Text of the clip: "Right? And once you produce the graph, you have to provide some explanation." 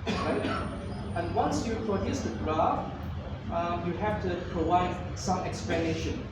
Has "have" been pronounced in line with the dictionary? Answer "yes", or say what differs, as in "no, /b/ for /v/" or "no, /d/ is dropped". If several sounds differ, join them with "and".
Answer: no, /f/ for /v/